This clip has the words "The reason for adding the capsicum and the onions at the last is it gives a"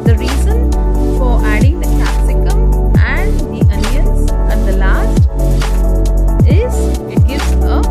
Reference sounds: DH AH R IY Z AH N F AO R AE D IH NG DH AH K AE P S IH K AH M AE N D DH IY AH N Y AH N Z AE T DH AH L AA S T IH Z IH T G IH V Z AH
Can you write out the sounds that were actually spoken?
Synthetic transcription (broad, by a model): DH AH R IY Z AH N F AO R AE D IH NG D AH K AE S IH K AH M AE N D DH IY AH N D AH N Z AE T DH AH L AA S T IH Z IH T G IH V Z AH